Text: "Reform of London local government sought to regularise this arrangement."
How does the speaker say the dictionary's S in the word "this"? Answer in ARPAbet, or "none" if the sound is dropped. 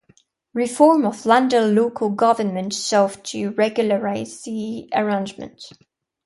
none